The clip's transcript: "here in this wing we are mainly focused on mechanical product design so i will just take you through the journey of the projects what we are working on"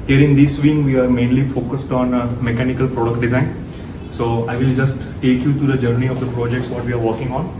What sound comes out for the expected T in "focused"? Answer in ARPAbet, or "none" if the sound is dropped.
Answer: T